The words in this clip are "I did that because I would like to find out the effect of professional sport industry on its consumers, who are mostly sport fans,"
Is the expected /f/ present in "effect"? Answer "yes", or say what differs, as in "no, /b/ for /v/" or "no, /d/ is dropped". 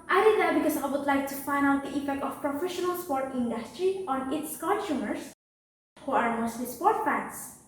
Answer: no, /p/ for /f/